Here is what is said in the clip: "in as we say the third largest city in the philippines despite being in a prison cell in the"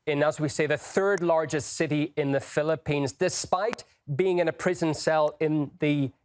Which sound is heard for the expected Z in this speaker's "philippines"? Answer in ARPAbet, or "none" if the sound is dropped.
Z